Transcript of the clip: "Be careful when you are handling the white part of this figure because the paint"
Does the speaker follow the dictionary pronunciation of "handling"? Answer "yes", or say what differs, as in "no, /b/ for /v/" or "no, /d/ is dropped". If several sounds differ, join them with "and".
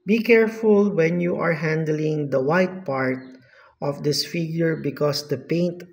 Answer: yes